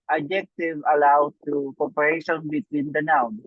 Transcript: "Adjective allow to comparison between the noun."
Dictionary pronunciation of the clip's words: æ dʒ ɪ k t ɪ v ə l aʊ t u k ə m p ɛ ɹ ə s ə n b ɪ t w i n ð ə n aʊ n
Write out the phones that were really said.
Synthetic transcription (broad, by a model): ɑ dʒ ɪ k t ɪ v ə l aʊ t u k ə p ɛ ɹ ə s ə n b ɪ t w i n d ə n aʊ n